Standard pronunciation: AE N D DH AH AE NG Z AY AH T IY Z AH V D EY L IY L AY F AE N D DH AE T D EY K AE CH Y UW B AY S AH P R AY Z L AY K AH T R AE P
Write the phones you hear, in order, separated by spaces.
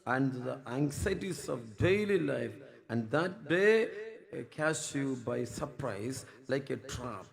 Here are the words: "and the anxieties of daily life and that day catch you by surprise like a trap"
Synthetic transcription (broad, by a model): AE N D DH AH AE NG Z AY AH T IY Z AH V D EY L IY L AY F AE N D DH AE T D EY K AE S Y UW B AY S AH P R AY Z L AY K AH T R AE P